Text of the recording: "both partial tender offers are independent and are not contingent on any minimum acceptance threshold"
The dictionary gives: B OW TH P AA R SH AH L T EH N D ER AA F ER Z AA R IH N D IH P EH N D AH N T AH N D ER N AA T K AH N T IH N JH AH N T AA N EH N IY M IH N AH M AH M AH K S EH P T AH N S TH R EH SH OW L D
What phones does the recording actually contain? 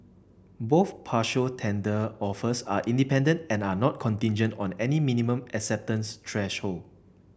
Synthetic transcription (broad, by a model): B OW TH P AA SH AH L T EH N D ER AA F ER S AA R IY N D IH P EH N D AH N T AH N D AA N AA T K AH N T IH N JH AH N T AA N EH N IY M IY N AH M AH M AH K S EH P T AH N S T R EH SH OW L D